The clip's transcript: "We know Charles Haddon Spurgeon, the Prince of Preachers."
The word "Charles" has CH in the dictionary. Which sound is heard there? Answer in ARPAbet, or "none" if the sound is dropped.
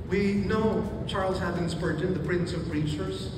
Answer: CH